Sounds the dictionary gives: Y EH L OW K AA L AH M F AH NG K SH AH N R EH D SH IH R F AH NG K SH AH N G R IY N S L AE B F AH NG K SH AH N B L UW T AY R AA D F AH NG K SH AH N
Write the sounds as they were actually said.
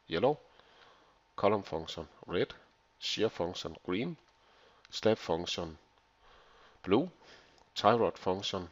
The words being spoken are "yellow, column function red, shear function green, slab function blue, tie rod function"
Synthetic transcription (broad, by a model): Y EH L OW K AA L AH M F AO NG SH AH N R EH D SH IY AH F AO NG SH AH N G R IY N S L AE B F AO NG SH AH N B L UW S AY R AA D F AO NG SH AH N